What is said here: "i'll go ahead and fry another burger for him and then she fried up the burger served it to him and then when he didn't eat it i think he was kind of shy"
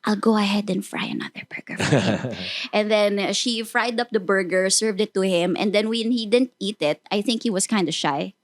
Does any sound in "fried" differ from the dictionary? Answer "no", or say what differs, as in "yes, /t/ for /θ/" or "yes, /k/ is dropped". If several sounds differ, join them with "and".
no